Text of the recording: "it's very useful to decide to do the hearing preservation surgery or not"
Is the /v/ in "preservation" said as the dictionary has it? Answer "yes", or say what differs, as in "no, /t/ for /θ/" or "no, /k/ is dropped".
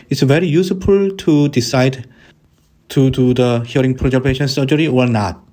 no, /p/ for /v/